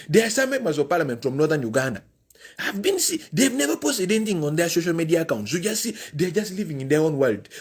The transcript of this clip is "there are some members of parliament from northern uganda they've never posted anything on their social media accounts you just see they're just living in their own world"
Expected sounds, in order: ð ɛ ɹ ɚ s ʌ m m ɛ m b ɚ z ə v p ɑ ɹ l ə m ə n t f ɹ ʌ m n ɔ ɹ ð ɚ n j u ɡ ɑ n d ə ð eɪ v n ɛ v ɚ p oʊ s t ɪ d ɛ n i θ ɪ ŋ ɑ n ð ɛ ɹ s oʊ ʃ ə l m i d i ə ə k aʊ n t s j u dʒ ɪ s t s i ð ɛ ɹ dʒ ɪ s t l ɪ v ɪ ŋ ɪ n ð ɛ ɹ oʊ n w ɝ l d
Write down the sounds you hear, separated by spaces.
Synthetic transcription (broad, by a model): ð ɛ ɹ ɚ s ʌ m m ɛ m ɚ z ə v p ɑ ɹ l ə m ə n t f ɹ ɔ m n ɔ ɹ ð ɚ n j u ɡ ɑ n d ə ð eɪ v n ɛ v ɚ p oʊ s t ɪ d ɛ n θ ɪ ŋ ɑ n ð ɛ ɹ s oʊ ʃ ə l m i d i ə k aʊ n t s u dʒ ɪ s s i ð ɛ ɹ dʒ ɪ s t l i v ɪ ŋ ɪ n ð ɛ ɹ oʊ n w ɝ l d